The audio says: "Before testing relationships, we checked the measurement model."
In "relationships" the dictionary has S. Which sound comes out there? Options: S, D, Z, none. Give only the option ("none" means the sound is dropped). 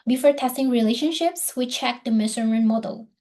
S